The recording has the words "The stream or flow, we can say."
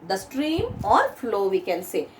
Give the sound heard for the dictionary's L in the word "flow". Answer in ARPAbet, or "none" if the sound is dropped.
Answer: L